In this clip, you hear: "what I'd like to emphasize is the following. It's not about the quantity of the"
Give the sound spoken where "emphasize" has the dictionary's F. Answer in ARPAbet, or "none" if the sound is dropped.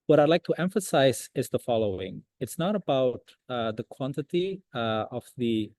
F